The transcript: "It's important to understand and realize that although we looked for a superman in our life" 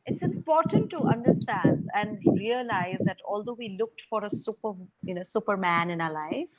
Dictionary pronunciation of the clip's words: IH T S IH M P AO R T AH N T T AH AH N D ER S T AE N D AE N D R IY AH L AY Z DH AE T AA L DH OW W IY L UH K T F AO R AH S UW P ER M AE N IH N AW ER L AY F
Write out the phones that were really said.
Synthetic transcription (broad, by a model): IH T S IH M P AO R T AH N T T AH AH N D ER S T AE N D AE N D R IY AH L AY Z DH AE T AA L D OW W IY L UH K T F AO R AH S UW P ER M AE N IH N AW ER L AY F